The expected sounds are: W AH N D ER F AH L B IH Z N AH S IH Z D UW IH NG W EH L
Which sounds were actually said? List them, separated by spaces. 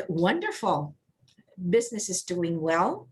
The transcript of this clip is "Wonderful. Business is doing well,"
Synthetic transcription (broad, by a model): W AH N D ER F L B IH Z N AH S IH Z D UW IH NG W EH L